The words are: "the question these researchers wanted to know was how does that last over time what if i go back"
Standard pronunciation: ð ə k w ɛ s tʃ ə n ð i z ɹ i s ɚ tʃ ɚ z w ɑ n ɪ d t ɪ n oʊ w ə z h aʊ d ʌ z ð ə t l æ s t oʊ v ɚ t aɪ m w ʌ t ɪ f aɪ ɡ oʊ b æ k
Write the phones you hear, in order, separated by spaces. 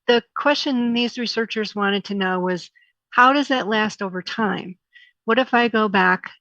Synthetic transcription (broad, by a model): ð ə k w ɛ s tʃ ə n ð i z ɹ i s ɚ tʃ ɚ z w ɑ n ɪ d t ɪ n oʊ w ə z h aʊ d ʌ z ð ə t l æ s t oʊ v ɚ t aɪ m w ʌ t ɪ f aɪ ɡ oʊ b æ k